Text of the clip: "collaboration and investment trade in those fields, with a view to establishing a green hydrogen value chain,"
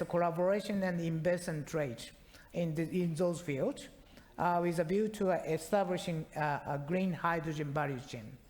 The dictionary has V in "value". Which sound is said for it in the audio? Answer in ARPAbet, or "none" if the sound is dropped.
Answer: B